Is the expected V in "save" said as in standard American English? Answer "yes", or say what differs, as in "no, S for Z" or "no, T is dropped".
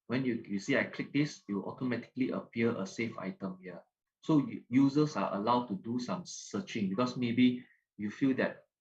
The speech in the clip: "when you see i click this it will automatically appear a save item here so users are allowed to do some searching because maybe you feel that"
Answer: no, F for V